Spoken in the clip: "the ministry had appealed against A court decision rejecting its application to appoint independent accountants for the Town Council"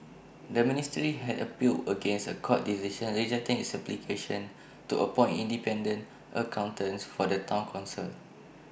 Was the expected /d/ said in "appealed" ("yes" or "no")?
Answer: no